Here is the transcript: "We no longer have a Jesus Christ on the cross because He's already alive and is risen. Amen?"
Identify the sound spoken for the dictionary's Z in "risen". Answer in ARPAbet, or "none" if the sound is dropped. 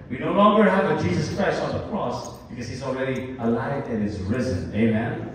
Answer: Z